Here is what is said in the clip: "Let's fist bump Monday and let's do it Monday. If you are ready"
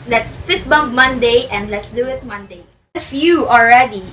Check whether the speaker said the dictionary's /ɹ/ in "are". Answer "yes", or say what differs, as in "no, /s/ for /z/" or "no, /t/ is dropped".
no, /l/ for /ɹ/